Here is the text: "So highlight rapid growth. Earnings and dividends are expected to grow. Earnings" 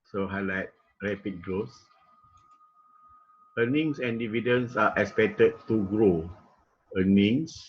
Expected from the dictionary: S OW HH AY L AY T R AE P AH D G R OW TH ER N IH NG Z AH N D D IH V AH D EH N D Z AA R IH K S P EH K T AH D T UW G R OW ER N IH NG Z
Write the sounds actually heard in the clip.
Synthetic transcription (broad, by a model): S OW HH AY L AY T R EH P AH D G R OW S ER N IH NG S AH N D D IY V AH D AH N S AA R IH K S P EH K T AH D T UW G R OW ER N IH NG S